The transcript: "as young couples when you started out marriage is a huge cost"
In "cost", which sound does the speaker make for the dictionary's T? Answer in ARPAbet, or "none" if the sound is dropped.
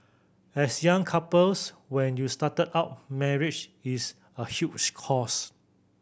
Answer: none